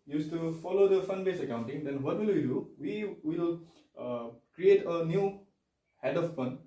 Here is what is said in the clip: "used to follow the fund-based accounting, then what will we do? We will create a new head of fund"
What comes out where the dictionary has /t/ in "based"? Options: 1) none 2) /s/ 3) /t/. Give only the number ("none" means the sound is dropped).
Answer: 1